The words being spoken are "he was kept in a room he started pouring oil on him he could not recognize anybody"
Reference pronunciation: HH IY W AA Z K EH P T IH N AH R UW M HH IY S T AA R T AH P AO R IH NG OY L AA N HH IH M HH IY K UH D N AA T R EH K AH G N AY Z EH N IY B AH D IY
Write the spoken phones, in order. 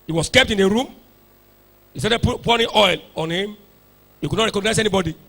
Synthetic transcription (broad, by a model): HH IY W AA S K EH P T IH N AH R UW M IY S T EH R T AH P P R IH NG OY L AA N HH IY M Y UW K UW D N AA T R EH K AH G N AY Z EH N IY B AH D IY